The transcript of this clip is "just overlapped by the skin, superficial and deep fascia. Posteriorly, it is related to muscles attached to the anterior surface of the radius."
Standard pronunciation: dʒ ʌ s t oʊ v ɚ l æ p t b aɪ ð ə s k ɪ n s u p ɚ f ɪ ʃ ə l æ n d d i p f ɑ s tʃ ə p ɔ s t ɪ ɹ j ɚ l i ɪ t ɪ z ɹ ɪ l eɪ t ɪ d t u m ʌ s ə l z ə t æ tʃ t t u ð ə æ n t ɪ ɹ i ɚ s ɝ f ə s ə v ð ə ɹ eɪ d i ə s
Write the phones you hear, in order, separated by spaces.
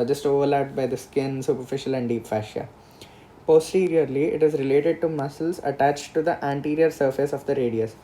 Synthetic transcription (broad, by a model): dʒ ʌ s t oʊ v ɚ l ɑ t b aɪ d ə s k ɪ n s u p ɚ f ɪ ʃ ə l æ n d d i p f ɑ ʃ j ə p ɔ s t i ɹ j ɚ l i ɪ t ɪ z ɹ ɪ l eɪ t ɪ d t u m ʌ s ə l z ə t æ tʃ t t u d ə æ n t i ɹ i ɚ s ɝ f ə s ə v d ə ɹ eɪ d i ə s